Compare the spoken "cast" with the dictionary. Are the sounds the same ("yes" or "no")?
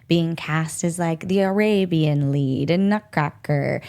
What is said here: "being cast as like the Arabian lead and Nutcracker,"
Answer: yes